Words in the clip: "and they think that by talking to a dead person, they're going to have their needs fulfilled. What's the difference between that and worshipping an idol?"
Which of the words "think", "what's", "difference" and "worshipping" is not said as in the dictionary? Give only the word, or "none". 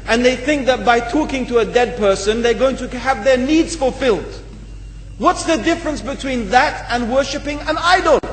none